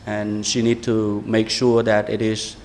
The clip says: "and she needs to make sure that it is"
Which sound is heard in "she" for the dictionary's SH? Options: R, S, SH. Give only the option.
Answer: SH